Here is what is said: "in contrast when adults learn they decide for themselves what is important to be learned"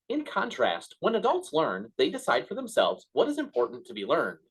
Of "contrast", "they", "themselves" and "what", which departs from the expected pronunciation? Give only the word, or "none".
none